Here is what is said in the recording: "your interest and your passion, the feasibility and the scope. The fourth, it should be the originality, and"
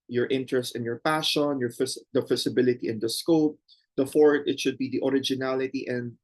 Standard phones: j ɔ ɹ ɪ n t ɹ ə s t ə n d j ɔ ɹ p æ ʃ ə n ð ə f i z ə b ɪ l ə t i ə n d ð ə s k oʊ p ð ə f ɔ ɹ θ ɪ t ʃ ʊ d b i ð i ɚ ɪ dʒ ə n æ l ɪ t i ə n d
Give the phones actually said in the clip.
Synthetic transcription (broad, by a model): j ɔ ɹ ɪ n t ɹ ə s t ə n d j ɔ ɹ p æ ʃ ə n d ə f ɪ s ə b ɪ l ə t i ə n d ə s k oʊ p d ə f ɔ ɹ t ɪ t ʃ ʊ d b i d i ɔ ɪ dʒ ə n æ l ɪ t i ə n d